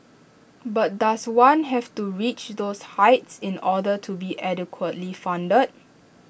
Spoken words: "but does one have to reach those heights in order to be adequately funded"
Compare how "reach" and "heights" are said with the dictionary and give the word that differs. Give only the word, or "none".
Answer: none